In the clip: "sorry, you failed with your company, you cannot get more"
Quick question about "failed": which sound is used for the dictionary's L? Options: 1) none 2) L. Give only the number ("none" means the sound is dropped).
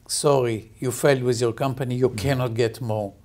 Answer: 2